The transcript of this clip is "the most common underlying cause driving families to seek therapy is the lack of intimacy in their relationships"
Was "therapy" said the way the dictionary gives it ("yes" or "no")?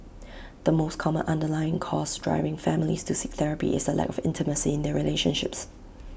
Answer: yes